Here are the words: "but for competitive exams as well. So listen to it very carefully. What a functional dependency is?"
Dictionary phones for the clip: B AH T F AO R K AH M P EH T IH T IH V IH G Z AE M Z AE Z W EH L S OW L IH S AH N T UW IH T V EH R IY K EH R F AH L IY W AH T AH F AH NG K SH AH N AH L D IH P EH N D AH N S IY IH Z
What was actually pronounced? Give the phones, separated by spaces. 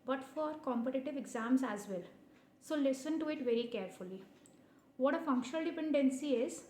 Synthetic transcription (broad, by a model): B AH T F AO R K AH M P EH T IH T IH V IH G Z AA M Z AE Z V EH L S OW L IH S AH N T UW IH T V EH R IY K EH R F AH L IY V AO T AH F AH NG K SH AH N AH L D IH P EH N D AH N S IY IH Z